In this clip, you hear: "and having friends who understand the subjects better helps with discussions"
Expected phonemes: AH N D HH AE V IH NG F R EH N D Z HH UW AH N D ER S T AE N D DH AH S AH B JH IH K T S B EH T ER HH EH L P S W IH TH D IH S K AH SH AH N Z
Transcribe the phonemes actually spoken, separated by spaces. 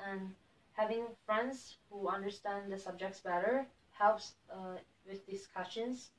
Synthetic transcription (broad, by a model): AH N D HH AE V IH NG F R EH N D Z HH UW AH N D ER S T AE N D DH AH S AH B JH IH K T S B EH T ER HH EH L P S W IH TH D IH S K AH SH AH N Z